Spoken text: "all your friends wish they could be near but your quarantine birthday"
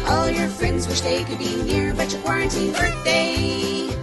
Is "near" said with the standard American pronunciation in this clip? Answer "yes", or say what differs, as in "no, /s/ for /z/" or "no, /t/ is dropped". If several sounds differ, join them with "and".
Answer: yes